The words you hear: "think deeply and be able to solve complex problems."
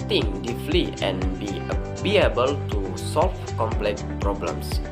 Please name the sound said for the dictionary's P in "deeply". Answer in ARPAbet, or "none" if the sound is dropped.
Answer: F